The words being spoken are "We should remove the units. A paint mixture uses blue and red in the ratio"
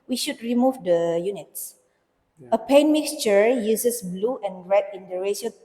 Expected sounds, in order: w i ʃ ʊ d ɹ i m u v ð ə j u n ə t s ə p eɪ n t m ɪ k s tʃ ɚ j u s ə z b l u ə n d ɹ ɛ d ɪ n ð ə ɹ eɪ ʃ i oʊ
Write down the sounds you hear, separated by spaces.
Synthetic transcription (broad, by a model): w i ʃ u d ɹ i m u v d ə j u n ə t s ə p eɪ n m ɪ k s tʃ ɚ j u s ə s b l u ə n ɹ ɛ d ɪ n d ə ɹ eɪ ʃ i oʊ